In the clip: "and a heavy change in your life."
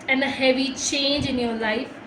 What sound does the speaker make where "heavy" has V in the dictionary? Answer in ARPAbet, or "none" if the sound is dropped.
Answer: V